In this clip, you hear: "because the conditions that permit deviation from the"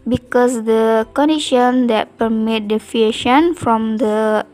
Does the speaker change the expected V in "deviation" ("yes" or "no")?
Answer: yes